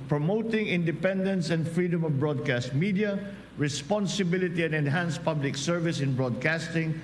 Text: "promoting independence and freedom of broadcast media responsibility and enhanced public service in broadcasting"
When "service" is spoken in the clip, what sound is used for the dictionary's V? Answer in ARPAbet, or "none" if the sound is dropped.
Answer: V